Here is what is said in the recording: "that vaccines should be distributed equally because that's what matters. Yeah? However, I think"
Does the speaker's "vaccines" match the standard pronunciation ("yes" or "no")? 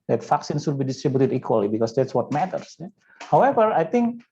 no